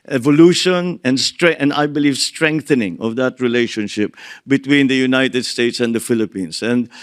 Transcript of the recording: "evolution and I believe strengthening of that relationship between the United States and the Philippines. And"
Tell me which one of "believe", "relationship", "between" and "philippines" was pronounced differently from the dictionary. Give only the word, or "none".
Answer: philippines